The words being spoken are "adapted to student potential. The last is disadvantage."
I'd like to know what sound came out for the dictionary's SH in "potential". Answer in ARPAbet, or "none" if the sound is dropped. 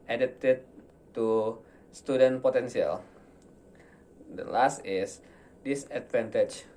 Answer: S